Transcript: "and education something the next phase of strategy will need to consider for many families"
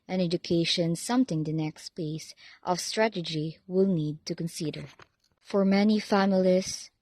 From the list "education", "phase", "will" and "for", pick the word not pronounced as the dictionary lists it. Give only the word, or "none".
phase